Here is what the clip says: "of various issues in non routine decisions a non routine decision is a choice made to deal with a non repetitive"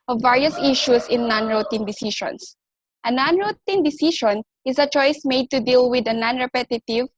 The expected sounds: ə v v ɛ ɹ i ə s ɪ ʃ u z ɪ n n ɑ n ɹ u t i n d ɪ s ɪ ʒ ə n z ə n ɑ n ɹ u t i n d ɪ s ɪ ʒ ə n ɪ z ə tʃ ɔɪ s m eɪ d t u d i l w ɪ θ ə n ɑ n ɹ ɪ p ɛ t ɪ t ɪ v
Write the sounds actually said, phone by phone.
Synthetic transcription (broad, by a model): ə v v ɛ ɹ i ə s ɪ ʃ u s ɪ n n ɑ n ɹ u t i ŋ d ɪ s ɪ ʃ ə n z ə n ɑ n ɹ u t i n d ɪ s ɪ ʃ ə n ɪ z ə tʃ ɔɪ s m eɪ d t u d i l w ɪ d ə n ɑ n ɹ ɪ p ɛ t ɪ t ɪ v